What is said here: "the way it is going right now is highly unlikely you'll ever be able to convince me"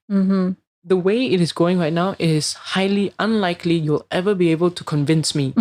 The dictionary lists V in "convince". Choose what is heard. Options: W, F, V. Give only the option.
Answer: V